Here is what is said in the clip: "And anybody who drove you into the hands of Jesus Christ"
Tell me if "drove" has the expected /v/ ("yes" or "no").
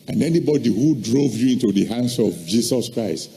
yes